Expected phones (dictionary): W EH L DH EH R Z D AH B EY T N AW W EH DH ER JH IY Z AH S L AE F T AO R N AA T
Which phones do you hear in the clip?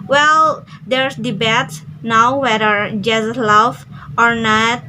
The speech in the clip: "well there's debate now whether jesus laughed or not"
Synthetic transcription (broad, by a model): W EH L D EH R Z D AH B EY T N AW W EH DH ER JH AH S L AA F AO R N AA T